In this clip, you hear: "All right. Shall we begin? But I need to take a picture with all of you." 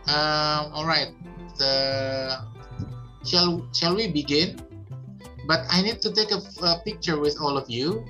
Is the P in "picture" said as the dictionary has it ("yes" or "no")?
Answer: yes